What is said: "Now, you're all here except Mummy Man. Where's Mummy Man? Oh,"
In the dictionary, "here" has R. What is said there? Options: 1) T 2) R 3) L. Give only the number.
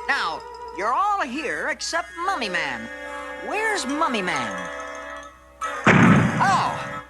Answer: 2